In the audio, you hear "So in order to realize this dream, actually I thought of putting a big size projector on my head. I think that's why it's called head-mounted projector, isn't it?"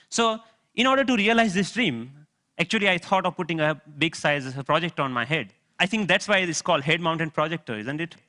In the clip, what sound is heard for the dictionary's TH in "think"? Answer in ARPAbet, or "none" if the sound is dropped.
T